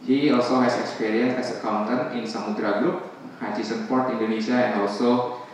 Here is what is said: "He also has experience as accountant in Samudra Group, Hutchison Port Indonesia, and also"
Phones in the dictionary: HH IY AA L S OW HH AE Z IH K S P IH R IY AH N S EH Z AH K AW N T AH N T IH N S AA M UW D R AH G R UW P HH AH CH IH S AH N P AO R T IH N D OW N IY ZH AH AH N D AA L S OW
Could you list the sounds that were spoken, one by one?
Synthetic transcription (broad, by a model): HH IY AA L S OW HH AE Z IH K S P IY R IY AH N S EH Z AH K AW N T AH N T IH N S AA M UW D R AH G R UW P HH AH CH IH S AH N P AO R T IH N D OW N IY SH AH AH N D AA L S OW